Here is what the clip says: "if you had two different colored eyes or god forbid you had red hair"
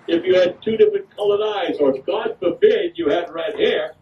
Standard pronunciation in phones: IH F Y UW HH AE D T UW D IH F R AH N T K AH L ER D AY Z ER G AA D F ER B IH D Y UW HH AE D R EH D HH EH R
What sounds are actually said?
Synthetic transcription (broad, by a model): IH F Y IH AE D T UW D IH F R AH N K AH L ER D AY Z ER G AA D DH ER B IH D Y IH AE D R EH D HH EH R